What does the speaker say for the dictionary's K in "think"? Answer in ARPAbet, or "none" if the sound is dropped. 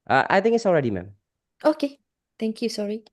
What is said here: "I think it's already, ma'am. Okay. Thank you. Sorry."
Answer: none